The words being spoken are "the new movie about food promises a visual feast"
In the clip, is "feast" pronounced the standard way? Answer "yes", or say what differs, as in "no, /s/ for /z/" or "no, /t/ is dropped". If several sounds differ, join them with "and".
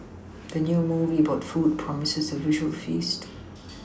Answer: yes